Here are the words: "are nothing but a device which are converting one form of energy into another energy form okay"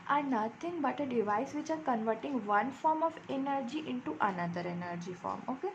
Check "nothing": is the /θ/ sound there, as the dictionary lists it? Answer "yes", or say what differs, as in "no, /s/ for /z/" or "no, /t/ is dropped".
no, /t/ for /θ/